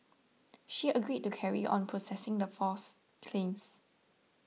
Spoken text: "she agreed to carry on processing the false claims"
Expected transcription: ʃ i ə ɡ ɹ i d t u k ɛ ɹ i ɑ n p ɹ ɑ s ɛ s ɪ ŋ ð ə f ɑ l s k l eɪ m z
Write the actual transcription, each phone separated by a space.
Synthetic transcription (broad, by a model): ʃ i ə ɡ ɹ i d t u k ɛ ɹ i ɑ n p ɹ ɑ s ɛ s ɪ ŋ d ə f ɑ s k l eɪ m s